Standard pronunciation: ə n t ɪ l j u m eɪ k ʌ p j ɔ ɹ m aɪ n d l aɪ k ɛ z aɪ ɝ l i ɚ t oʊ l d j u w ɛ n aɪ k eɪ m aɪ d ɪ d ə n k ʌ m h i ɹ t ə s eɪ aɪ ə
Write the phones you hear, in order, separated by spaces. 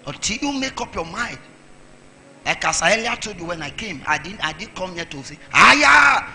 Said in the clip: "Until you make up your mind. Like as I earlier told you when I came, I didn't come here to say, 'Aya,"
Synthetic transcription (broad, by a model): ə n t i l j u m eɪ k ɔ p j ɔ m aɪ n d l aɪ k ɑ s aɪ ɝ l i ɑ t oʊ d j u w ɛ n aɪ k eɪ m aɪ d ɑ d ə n k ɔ m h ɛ t ə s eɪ aɪ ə